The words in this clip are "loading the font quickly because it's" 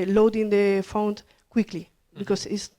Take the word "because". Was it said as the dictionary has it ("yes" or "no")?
no